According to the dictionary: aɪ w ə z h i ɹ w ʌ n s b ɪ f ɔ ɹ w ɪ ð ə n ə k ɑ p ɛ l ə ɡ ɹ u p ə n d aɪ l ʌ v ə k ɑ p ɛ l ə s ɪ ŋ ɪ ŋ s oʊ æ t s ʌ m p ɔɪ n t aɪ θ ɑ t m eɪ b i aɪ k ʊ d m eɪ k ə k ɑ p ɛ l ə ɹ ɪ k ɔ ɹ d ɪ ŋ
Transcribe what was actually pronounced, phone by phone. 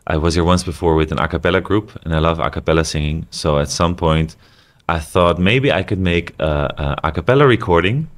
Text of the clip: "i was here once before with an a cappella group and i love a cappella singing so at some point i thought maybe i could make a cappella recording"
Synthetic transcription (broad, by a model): aɪ w ə z h i ɹ w ʌ n s b ɪ f ɔ ɹ w ɪ ð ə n ə k ɑ p ɛ l ə ɡ ɹ u p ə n aɪ l ʌ v ə k ɑ p ɛ l ə s ɪ ŋ ɪ ŋ s oʊ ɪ t s ʌ m p ɔɪ n t aɪ θ ɑ t m eɪ b i aɪ k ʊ d m eɪ k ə k ɑ p ɛ l ə ɹ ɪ k ɔ ɹ d ɪ ŋ